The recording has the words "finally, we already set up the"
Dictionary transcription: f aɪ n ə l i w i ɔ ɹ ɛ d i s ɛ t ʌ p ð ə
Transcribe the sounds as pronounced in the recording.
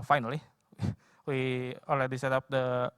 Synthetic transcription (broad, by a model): f aɪ n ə l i w i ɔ l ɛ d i s ɛ t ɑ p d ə